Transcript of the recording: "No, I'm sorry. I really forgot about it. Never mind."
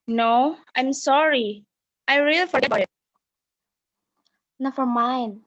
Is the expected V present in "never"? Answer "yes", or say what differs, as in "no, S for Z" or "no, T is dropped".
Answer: no, F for V